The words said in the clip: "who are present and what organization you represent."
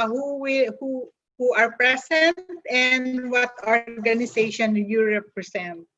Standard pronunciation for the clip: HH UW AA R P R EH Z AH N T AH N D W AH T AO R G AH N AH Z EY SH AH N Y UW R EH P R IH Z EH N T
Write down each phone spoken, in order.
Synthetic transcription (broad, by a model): HH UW AA R P R EH S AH N T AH N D W AH T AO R G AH N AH S EY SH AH N Y UW R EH P R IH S EH N T